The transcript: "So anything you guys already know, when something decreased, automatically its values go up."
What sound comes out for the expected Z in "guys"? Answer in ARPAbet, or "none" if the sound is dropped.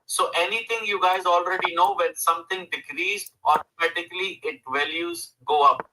Z